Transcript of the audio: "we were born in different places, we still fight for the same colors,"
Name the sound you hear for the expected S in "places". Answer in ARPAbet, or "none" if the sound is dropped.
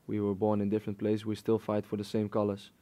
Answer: none